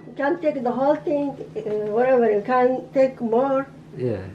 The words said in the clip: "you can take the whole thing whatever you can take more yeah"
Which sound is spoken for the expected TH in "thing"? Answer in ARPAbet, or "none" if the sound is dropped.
T